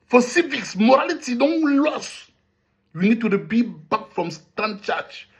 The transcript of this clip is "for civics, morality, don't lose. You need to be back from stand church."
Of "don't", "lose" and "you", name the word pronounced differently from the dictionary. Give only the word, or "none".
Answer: lose